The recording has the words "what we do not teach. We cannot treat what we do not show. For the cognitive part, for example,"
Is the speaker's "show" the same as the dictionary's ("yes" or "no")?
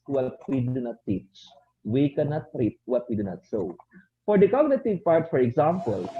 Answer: no